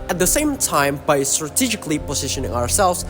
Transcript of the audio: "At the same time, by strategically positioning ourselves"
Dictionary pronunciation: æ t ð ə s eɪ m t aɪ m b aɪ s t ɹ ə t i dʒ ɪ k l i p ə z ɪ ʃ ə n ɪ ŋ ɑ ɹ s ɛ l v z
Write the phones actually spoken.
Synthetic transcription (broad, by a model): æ t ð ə s eɪ m t aɪ m b aɪ s t ɹ ə t i dʒ ɪ k l i p ə z ɪ ʃ ə n ɪ ŋ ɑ ɹ s ɛ l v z